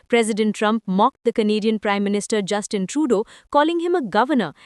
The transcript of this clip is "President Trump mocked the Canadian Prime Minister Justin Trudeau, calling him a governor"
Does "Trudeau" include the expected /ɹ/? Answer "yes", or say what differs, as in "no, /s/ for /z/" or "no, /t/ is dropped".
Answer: yes